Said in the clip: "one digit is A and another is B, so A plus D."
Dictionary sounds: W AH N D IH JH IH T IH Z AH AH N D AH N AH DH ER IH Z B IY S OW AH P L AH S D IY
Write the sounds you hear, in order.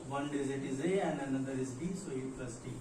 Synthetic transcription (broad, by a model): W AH N D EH Z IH T IH Z AH AH N D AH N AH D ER IH Z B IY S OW AH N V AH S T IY